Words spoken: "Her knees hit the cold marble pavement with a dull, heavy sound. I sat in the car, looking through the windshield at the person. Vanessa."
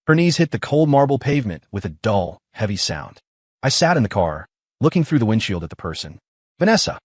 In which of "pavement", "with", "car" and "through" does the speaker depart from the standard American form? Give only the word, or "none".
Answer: none